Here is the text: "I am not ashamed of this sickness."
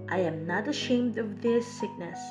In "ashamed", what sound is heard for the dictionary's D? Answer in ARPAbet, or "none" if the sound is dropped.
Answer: D